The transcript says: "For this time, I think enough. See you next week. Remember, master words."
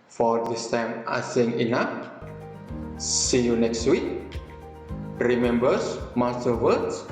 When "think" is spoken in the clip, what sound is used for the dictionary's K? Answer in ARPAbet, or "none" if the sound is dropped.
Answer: none